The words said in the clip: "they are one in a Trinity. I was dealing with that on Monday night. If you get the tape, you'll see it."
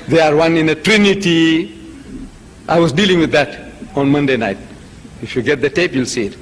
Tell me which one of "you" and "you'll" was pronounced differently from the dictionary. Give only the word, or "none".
none